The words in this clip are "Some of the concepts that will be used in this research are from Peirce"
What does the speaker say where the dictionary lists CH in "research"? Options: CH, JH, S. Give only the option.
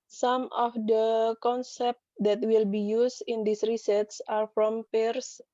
S